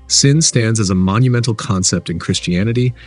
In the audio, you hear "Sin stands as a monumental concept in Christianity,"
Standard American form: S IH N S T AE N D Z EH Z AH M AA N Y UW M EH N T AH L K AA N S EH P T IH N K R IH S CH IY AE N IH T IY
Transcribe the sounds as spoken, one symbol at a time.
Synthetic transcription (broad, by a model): S IH N S T AE N D Z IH Z AH M AA N Y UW M EH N T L K AA N S EH P T IH N K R IH S CH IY AE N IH T IY